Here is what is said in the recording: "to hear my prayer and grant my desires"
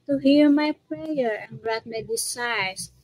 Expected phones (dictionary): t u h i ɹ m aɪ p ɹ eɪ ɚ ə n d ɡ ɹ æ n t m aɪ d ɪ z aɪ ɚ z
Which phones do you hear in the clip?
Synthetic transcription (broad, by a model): t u h i ɹ m aɪ p ɹ eɪ ɚ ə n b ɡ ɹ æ t m aɪ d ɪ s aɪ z